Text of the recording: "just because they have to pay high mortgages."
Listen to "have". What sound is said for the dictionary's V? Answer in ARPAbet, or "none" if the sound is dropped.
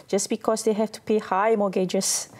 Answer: F